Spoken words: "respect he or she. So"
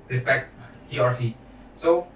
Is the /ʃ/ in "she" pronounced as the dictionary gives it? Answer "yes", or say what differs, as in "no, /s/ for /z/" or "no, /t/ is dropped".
no, /s/ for /ʃ/